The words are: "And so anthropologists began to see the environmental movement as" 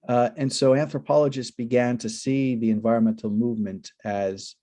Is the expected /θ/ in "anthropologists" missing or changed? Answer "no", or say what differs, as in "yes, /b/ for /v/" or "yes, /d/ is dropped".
no